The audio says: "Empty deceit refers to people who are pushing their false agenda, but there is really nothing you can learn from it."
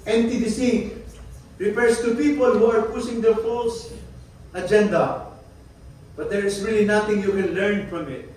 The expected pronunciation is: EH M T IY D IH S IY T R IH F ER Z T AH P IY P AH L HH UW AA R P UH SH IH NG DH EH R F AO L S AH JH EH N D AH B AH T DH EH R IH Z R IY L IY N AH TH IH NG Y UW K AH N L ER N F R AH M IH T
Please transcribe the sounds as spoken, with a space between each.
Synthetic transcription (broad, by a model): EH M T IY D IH S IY R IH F ER S T AH P IY P AH L HH UW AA R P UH S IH NG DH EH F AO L S AH JH EH N D AH B AH T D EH R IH S R IY L IY N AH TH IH NG Y UW K AH N L ER N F R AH M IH T